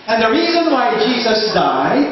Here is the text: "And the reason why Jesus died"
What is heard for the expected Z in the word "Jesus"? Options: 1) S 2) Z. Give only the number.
2